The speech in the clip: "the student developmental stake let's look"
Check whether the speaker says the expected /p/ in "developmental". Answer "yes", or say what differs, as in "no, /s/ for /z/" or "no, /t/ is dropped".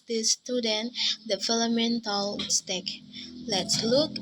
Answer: no, /p/ is dropped